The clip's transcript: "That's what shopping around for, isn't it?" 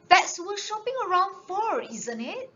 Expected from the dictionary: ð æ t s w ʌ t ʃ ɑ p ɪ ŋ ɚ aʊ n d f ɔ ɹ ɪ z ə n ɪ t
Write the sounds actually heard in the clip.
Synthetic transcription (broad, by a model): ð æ t s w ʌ ʃ ɑ p ɪ ŋ ɚ aʊ n d f ɔ ɹ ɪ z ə n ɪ t